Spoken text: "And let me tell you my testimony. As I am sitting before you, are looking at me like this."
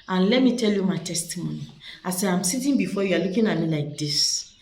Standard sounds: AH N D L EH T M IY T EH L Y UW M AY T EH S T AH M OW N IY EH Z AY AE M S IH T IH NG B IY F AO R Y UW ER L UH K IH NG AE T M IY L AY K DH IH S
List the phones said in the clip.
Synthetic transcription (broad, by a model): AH N L EH T M IY T EH L Y UW M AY T EH S T AH M OW N IY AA S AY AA M S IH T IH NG B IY F AO Y UW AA L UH K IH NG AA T M IY L AY K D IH S